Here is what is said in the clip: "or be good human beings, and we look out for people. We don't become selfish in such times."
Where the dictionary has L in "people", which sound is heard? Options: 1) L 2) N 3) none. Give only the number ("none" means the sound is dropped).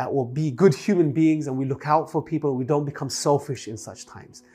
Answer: 2